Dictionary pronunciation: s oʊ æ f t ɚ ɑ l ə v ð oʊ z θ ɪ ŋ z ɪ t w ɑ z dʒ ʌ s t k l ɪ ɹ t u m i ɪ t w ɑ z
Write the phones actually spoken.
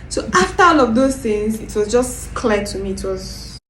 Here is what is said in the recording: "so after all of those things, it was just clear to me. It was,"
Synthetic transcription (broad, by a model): s oʊ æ f t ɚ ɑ n ə v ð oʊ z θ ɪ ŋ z ɪ t w ɑ z dʒ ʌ s k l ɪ t u m i t w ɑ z